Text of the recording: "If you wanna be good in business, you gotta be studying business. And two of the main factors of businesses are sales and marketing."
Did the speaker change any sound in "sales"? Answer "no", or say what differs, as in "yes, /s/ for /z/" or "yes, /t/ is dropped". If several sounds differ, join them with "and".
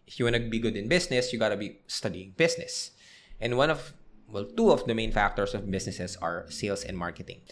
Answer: yes, /s/ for /z/